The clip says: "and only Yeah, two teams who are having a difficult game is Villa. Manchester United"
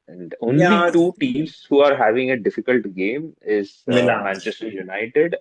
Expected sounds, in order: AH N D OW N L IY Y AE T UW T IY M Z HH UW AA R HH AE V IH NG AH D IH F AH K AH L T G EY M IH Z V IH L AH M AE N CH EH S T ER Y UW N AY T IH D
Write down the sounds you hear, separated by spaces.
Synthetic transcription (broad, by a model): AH N D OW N IY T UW T IY M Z HH UW AA R HH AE V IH NG AH D IH F AH K AH L T G EY M IH Z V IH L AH M AE N CH EH S T ER Y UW N AY T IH D